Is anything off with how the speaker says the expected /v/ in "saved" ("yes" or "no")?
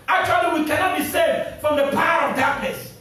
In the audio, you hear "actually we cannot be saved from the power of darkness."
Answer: yes